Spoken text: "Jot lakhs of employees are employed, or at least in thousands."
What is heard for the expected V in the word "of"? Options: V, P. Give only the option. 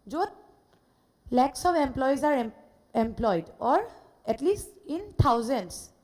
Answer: P